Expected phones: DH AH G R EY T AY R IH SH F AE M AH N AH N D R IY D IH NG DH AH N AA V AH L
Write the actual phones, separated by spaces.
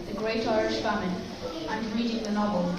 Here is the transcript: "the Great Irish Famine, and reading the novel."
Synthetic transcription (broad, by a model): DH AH G R EY T AY R IH SH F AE M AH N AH N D R IY D IH NG DH AH N AA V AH L